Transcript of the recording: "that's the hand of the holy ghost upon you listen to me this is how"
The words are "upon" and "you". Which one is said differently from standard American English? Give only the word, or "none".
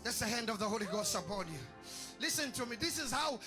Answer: upon